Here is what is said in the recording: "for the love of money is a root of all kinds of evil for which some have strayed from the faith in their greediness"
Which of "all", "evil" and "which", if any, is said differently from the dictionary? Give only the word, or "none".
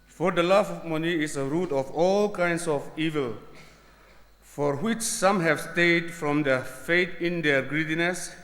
none